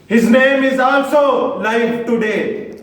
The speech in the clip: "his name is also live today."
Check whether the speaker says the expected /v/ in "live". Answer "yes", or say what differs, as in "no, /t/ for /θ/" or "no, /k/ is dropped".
no, /f/ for /v/